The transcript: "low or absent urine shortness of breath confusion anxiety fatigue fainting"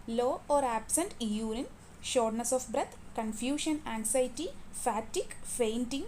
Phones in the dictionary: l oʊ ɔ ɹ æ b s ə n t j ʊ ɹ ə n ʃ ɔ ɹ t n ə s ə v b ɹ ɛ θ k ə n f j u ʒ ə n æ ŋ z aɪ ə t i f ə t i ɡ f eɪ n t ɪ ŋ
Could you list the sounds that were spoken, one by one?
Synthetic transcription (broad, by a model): l oʊ ɔ ɹ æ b s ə n t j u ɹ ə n ʃ ɔ ɹ t n ə s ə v b ɹ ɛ t k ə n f j u ʃ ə n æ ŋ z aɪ t i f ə t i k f eɪ n t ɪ ŋ